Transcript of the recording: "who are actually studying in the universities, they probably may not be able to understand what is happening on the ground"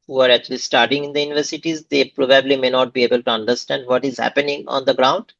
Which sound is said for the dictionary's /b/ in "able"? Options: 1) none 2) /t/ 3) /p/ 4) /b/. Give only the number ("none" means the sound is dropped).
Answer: 4